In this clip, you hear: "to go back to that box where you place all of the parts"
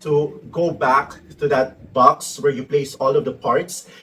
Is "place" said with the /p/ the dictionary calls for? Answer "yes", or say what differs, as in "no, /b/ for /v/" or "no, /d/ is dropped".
yes